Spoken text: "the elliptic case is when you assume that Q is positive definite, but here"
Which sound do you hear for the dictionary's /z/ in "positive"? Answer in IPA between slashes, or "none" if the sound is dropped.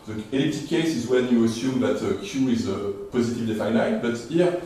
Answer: /z/